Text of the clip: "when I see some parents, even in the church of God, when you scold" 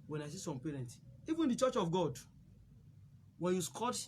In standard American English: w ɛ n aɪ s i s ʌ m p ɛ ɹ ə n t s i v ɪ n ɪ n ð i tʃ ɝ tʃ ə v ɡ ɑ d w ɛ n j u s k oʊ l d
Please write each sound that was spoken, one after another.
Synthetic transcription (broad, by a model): w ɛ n aɪ s i s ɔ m p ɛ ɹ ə n t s i v ɪ n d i tʃ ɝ tʃ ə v ɡ ɑ d w ɛ n j u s k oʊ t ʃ